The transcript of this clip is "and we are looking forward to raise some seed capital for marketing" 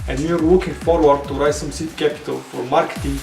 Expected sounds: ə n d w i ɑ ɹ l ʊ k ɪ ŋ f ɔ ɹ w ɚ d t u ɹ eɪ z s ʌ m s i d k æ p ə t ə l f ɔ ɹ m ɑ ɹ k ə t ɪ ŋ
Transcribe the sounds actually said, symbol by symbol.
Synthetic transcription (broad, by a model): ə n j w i ɑ ɹ w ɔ k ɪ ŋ f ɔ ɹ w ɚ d t u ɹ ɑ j s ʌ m s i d k æ p ə t ə l f ɔ ɹ m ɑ ɹ k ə t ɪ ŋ